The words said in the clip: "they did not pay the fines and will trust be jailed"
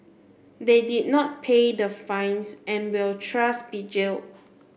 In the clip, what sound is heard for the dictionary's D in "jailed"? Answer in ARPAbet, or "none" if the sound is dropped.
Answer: none